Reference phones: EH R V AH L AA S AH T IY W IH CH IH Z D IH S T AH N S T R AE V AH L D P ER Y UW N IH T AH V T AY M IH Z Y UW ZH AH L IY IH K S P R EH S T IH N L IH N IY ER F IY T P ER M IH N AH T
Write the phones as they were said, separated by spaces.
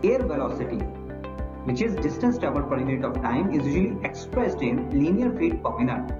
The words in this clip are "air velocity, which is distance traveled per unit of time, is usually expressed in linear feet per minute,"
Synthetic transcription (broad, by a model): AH R V AH L AA S AH T IY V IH CH IH Z D IH S T AH N S T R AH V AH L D P ER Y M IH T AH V T AY M IH Z Y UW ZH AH L IY IH K S P R EH S T IH N L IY N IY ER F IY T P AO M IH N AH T